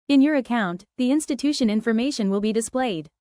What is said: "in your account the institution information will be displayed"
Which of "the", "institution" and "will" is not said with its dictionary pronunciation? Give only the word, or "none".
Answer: none